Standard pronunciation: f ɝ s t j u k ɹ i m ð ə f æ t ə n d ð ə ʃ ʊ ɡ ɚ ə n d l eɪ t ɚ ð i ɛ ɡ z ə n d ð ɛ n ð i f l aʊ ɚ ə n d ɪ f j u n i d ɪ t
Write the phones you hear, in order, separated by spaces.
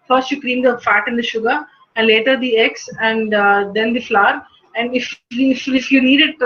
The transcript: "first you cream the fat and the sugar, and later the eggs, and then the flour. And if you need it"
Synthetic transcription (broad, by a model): f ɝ s t j u k ɹ i m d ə f æ t ə n d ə ʃ ʊ ɡ ɚ ə n d l eɪ t ɚ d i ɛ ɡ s ə n d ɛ n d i f l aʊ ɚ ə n d ɪ f j u n i d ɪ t